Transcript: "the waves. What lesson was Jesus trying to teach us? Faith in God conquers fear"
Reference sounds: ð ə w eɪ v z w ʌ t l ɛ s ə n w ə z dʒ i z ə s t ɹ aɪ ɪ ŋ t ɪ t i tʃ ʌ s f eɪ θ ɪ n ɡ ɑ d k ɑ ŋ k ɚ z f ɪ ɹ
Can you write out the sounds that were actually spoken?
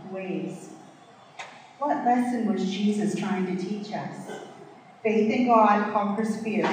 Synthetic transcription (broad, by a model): w eɪ z w ʌ t l ɛ s ə n w ə z dʒ i z ə s t ɹ aɪ ɪ ŋ t ɪ t i tʃ ʌ s f eɪ θ ɪ n ɡ ɑ d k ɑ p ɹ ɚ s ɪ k